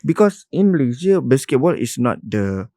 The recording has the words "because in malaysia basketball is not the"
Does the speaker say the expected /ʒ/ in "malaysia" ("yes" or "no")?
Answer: no